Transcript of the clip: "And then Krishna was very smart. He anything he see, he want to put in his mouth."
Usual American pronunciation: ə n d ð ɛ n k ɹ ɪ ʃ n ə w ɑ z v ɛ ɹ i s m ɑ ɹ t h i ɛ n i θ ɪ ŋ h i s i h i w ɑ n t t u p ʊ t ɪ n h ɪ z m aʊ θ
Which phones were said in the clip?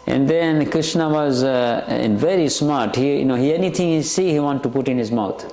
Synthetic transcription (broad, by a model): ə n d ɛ n k ɹ ɪ ʃ n ə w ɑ z v ɛ ɹ i s m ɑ ɹ t h i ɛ n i t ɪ ŋ h i s i h i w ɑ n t t u p ʊ t ɪ n h ɪ z m aʊ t